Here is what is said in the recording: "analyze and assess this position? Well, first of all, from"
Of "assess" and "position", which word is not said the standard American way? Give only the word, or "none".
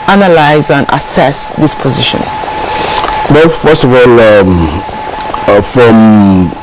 none